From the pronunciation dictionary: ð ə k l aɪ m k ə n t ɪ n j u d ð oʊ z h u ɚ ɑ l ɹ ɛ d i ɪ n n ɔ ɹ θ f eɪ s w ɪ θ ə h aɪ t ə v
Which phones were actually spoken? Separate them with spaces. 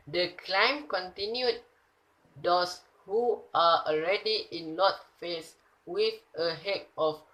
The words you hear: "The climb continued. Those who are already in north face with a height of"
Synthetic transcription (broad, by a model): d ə k l aɪ m k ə n t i n j u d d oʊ s h u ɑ ɑ l ɹ ɛ d i ɪ n l ɔ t f eɪ s w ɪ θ ə h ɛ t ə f